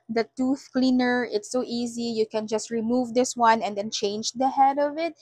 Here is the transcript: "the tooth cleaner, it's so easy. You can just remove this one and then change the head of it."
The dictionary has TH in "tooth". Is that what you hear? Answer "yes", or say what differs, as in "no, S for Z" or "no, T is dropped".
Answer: yes